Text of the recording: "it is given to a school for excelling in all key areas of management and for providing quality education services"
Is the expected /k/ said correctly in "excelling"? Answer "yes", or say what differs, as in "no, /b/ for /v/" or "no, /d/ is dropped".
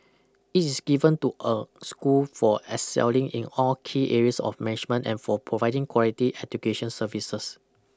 no, /k/ is dropped